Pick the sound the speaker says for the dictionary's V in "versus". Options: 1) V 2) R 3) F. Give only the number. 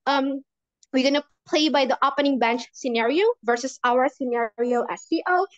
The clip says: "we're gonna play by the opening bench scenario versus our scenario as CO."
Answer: 1